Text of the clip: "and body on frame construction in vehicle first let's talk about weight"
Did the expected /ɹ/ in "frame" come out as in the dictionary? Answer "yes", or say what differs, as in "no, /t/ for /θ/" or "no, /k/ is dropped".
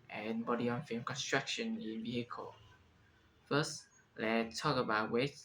no, /ɹ/ is dropped